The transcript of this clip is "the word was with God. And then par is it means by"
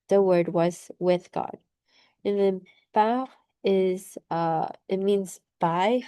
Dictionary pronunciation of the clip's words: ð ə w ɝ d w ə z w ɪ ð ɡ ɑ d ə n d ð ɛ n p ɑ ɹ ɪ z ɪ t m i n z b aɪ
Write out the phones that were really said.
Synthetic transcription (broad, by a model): ð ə w ɝ d w ə z w ɪ ð ɡ ɑ d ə n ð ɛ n b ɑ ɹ ɪ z ɪ t m i n z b aɪ